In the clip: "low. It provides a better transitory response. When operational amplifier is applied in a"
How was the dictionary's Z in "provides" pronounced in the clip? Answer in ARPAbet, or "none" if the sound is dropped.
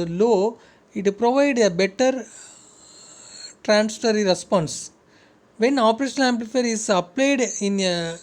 none